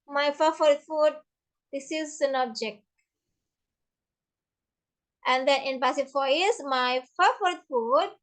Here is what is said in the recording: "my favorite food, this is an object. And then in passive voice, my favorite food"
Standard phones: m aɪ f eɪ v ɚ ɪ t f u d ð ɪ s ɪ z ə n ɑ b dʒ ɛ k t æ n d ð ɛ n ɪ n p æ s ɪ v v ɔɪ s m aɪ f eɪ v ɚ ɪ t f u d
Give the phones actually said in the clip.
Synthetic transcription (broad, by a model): m aɪ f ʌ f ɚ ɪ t f u d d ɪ s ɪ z ə n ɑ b dʒ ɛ k t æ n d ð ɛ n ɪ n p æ s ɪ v f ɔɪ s m aɪ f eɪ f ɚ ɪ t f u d